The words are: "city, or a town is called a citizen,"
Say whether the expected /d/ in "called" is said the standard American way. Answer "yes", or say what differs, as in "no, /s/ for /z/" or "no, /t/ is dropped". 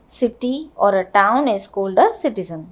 yes